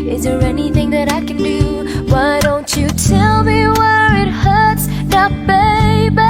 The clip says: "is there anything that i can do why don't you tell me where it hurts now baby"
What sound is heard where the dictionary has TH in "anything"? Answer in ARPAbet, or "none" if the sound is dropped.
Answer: TH